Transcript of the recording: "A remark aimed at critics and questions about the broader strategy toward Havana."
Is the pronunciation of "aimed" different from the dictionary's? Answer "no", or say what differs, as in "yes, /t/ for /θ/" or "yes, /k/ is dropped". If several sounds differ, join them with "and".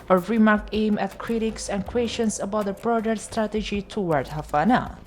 yes, /d/ is dropped